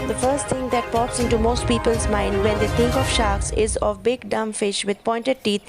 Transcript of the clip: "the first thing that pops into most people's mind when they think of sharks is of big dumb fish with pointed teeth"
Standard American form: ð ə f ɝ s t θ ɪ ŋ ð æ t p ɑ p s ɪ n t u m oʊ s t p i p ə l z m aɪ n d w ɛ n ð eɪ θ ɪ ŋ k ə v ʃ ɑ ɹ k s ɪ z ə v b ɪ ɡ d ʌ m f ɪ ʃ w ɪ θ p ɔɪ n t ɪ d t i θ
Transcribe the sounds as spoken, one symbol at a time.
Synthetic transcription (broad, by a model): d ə f ɝ s t t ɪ ŋ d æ t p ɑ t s ɪ n t u m oʊ s t p i p ə l z m aɪ n d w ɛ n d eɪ t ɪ ŋ k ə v ʃ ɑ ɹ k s ɪ z ə v b ɪ ɡ d ʌ m f ɪ ʃ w ɪ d p ɔɪ n t ɪ d t i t